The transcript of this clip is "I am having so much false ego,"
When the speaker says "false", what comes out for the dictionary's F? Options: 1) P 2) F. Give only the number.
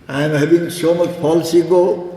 1